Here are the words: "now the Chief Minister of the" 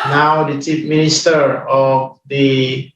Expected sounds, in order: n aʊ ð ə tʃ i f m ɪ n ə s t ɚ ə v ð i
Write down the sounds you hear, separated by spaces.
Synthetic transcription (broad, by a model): n aʊ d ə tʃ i p m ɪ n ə s t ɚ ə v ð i